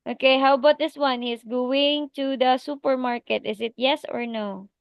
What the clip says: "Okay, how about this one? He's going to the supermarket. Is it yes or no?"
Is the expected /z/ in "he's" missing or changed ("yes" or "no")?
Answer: yes